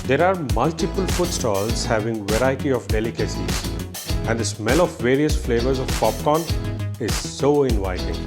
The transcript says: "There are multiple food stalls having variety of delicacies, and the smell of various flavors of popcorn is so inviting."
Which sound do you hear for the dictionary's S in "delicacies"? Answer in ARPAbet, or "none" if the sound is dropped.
S